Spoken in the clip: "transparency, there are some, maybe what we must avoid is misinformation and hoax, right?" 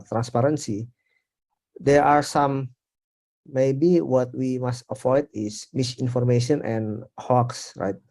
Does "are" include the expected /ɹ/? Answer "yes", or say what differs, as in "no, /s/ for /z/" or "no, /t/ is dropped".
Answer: yes